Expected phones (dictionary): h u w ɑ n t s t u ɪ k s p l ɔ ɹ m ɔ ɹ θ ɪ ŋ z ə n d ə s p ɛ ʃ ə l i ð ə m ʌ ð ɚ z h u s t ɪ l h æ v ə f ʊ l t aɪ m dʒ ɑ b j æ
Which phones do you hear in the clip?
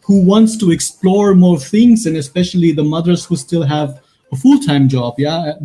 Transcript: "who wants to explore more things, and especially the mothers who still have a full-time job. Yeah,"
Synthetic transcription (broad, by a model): h u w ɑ n t s t u ɪ k s p l ɔ ɹ m ɔ ɹ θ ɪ ŋ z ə n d ə s p ɛ ʃ ə l i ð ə m ʌ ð ɚ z h u s t ɪ l h æ v ə f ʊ l t aɪ m dʒ ɑ b j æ